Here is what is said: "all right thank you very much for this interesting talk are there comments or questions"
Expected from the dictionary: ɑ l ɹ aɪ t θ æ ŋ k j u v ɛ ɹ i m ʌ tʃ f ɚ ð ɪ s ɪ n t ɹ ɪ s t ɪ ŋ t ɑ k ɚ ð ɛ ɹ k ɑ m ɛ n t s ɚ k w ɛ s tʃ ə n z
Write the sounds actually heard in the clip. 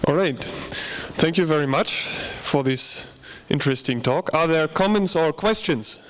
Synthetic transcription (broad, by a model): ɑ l ɹ aɪ t θ æ ŋ k j u v ɛ ɹ i m ʌ tʃ f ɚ ð ɪ s ɪ n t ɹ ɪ s t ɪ ŋ t ɑ k ɚ ð ɛ ɹ k ɑ m ɛ n t s ɚ k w ɛ s tʃ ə n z